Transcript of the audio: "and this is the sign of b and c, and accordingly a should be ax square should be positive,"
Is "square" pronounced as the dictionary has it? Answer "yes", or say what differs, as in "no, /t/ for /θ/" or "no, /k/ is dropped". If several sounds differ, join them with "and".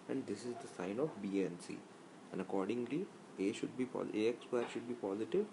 no, /k/ is dropped